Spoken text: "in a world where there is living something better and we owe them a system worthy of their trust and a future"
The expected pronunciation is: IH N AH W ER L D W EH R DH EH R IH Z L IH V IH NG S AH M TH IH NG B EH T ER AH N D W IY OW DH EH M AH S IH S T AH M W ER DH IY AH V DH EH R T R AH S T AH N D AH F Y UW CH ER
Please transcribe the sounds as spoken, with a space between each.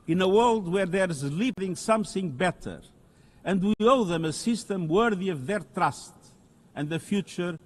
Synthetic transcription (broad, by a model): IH N AH W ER L D W EH R DH EH R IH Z L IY P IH NG S AH M TH IH NG B EH T ER AH N D W IY OW DH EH M AH S IH S T AH M W ER DH IY AH V DH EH R T R AH S T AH N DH AH F Y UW CH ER